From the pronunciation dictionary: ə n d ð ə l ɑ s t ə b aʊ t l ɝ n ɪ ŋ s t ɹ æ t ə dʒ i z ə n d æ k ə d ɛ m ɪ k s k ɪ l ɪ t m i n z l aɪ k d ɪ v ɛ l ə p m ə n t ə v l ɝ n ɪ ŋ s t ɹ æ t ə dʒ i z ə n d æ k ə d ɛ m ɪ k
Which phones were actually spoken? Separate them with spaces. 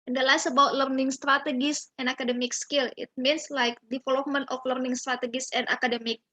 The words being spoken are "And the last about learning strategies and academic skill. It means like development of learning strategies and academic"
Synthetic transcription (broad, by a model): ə n d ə l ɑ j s ə b aʊ t l ɝ n ɪ ŋ s t ɹ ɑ t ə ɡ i s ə n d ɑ k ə d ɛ m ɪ k s k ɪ l ɪ t m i n s l aɪ k d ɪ f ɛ l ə m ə n t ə f l ɝ n ɪ ŋ s t ɹ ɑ t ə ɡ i s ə n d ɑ k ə d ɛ m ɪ k